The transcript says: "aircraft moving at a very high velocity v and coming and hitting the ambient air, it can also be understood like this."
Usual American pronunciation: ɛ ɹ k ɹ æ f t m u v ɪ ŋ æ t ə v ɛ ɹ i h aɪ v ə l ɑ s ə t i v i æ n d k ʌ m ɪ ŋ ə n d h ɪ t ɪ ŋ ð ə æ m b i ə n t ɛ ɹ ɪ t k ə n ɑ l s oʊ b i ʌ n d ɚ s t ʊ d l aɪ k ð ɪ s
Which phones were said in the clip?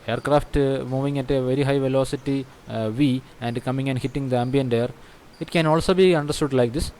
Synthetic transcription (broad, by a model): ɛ ɹ k ɹ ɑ f t m u v ɪ ŋ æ t ə v ɛ ɹ i h aɪ v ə l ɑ s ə t i v i æ n d k ʌ m ɪ ŋ ə n d h ɪ t ɪ ŋ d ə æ m b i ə n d ɛ ɹ ɪ t k ə n ɑ l s oʊ b i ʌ n d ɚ s t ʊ d l aɪ k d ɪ s